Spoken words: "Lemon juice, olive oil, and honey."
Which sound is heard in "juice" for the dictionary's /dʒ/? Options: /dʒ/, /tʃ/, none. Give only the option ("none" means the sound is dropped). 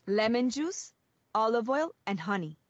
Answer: /dʒ/